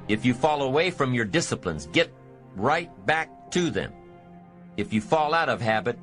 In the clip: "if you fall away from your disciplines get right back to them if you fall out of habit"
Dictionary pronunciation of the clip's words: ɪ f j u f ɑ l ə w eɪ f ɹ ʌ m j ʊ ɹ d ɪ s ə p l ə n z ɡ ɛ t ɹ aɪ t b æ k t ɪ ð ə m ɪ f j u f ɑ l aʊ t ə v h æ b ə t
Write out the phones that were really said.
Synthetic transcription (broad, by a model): ɪ f j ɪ f ɑ l ə w eɪ f ɹ ʌ m j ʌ ɹ d ɪ s ə p l ə n z ɡ ɛ t ɹ aɪ t b æ k t ɪ ð ə m ɪ f j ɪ f ɑ l aʊ t ə v h æ b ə t